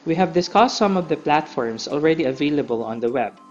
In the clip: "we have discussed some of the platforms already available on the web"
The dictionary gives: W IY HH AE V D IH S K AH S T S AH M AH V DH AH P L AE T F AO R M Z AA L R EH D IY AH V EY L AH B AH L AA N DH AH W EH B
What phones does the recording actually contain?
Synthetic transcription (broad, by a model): W IY HH AE V D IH S K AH S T S AH M AH V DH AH P L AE T F AO R M S AA L R EH D IY AH V EY L AH B AH L AA N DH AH W EH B